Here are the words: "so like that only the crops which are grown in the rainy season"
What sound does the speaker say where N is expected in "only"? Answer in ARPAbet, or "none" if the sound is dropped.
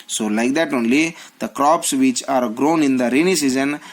N